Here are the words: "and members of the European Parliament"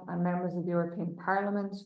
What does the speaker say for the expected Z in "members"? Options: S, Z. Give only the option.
Z